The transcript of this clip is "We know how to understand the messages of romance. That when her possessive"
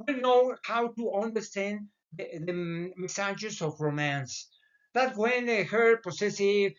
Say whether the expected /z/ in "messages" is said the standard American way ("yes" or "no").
no